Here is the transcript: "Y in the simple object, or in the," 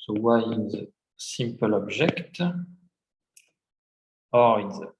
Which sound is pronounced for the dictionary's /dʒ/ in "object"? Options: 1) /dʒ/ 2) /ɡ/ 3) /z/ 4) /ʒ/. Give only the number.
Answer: 4